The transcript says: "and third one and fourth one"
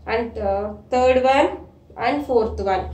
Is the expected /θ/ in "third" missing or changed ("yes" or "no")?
yes